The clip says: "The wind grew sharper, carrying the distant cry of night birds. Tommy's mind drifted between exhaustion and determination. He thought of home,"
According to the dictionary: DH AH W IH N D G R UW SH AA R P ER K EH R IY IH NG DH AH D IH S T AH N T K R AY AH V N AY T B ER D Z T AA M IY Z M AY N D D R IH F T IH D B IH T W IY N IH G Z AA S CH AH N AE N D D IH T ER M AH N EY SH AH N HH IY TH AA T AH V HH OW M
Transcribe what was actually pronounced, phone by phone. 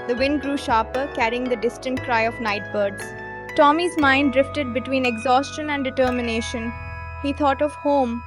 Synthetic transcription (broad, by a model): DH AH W IH N D G R UW SH AA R P ER K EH R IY IH NG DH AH D IH S T AH N T K R AY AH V N AY T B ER D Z T AA M IY Z M AY N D D R IH F T IH D B IH T W IY N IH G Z AA S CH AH N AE N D D IH T ER M AH N EY SH AH N HH IY T AA T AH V HH OW M